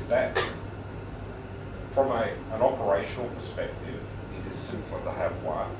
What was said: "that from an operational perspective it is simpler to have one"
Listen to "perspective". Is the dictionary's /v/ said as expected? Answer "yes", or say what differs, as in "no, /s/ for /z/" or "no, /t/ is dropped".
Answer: yes